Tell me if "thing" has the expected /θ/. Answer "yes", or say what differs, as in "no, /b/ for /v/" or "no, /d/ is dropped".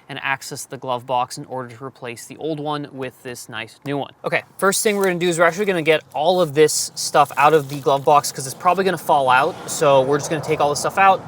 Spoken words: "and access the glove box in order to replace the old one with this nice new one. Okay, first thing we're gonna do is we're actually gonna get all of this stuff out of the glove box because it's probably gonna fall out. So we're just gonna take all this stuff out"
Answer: yes